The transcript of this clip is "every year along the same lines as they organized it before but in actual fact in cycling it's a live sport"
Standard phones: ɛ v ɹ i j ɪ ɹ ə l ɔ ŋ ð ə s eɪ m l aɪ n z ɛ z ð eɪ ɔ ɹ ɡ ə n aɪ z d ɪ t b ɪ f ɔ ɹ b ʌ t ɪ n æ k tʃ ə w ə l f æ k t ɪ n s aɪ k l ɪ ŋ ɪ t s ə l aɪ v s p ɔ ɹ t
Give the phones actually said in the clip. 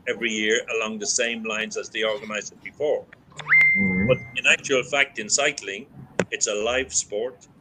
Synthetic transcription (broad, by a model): ɛ v ɹ i j ɪ ɹ ə l ɔ ŋ ð ə s eɪ m l aɪ n z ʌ z ð eɪ ɔ ɹ ɡ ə n aɪ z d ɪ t b ɪ f ɔ ɹ b ʌ t ɪ n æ k tʃ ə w ə l f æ k t ɪ n s aɪ k l ɪ ŋ ɪ t s ə l aɪ v s p ɔ ɹ t